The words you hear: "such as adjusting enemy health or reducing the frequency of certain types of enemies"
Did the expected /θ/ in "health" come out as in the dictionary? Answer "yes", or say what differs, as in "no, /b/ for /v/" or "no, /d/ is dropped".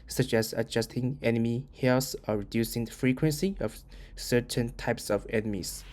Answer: no, /s/ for /θ/